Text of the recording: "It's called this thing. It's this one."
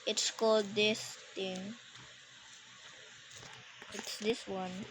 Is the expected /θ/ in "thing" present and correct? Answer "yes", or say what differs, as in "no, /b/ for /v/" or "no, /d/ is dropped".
no, /t/ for /θ/